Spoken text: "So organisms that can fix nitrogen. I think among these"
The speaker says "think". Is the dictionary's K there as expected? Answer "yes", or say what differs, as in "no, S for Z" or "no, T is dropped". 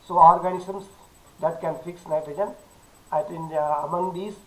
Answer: no, K is dropped